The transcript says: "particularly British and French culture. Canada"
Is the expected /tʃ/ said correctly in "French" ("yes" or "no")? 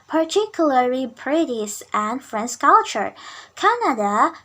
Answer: no